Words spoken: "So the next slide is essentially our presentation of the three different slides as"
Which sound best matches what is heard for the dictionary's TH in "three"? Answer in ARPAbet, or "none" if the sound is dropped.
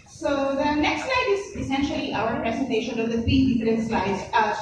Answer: F